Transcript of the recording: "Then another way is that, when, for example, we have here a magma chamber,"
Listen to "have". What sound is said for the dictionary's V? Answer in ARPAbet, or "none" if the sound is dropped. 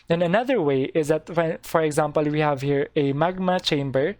V